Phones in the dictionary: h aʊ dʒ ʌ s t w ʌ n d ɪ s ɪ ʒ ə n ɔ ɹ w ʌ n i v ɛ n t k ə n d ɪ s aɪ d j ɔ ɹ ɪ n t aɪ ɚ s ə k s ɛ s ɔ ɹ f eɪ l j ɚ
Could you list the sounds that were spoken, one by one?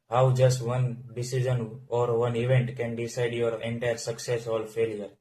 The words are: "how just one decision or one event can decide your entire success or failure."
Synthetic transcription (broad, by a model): h aʊ dʒ ʌ s t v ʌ n d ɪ s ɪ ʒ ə n ɔ ɹ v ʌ n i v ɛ n t k ə n d ɪ s aɪ d j ɔ ɹ ɪ n t aɪ ɚ s ə k s ɛ s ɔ l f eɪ l j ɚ